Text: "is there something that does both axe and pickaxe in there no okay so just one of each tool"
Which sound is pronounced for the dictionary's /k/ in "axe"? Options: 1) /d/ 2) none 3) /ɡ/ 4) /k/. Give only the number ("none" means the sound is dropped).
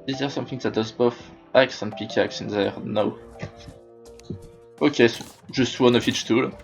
4